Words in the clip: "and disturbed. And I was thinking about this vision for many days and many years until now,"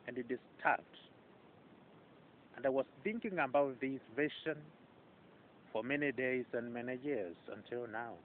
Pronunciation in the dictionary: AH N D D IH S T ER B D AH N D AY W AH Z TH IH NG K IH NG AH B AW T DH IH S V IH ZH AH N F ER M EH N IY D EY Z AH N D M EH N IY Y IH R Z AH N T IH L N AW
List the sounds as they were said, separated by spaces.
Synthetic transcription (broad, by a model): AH N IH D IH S T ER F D AH N D AY W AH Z TH IH NG K IH NG AH B AW T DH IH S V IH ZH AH N F ER M EH N IY D EY Z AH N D M EH N IY Y IH R Z AH N T IH L N AW